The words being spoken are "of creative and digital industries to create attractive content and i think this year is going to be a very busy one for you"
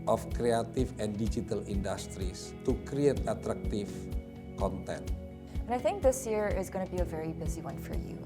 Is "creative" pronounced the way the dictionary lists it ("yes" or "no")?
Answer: no